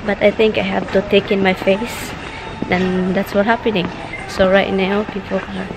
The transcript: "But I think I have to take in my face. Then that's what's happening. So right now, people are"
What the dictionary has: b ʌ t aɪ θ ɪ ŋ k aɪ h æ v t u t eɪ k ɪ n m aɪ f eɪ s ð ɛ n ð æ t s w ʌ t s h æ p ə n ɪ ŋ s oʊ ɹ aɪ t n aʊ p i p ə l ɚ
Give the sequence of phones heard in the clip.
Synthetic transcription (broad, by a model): b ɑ t aɪ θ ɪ ŋ k aɪ h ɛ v t u t eɪ k ɪ n m aɪ f eɪ s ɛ n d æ t s w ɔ t h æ p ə n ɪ ŋ s oʊ ɹ aɪ t n aʊ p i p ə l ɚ